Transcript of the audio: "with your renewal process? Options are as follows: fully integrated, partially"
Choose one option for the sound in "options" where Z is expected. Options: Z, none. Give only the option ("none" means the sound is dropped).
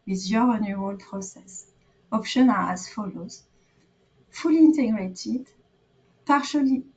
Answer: none